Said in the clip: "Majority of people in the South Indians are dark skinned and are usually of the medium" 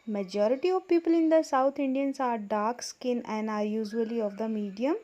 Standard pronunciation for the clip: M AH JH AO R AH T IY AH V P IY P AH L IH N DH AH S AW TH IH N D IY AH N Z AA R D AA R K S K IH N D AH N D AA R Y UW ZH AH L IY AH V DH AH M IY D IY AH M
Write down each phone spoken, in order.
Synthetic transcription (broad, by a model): M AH JH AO R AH T IY AH V P IY P AH L IH N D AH S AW T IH N D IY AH N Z AA R D AA R K S K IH N AH N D AA R Y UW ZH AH L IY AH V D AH M IY D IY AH M